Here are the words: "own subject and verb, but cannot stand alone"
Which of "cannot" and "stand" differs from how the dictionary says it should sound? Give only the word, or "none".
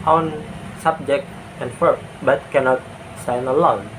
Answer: stand